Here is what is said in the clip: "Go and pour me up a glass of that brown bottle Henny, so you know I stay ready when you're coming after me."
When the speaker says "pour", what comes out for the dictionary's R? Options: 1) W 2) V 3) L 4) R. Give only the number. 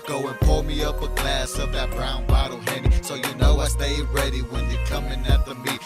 3